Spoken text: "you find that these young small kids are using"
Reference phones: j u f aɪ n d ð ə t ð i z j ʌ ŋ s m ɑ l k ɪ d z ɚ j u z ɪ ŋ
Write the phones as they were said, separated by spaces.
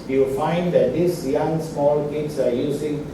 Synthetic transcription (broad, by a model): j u f aɪ n d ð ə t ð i s j ʌ ŋ s m ɑ l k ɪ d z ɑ j u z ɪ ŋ